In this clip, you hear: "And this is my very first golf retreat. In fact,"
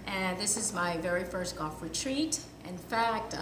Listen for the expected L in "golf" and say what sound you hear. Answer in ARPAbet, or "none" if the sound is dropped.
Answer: none